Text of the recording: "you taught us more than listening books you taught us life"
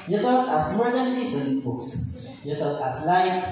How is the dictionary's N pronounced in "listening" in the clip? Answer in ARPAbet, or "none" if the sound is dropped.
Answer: none